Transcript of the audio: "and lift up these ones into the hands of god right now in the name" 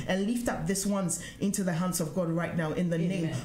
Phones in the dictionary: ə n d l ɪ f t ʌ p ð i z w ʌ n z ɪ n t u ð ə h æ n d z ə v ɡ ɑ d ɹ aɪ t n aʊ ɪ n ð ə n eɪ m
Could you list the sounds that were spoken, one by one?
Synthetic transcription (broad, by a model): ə n l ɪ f t ʌ p ð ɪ s w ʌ n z ɪ n t u ð ə h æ n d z ə v ɡ ɑ d ɹ aɪ t n aʊ ɪ n ð ə n eɪ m